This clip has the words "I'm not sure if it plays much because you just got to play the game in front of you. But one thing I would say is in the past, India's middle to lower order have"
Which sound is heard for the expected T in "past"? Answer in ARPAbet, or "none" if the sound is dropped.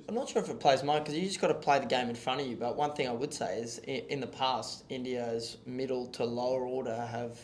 T